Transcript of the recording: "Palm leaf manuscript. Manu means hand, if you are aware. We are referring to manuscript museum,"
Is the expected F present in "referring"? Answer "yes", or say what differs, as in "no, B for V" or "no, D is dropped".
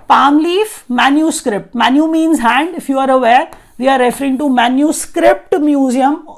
yes